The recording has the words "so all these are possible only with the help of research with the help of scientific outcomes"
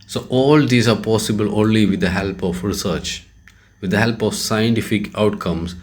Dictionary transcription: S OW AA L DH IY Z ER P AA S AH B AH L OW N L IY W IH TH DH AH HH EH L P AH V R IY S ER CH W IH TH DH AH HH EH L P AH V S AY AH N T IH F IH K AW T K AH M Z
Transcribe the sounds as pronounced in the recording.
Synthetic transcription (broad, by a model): S OW AA L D IY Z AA P AA S AH B AH L OW N L IY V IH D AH HH EH L P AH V R IY S ER CH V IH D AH HH EH L P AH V S AY AH N T IH F IH K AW T K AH M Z